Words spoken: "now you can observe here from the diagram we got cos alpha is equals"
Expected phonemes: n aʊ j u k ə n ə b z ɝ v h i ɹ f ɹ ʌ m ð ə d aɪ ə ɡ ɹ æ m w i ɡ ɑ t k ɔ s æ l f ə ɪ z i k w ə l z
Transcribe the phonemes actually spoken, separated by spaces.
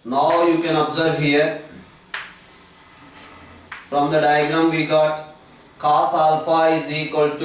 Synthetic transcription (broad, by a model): n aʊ j u k ə n ə b z ɝ v h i ɹ f ɹ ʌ m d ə d aɪ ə ɡ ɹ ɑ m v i ɡ ɑ t k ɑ s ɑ l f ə ɪ z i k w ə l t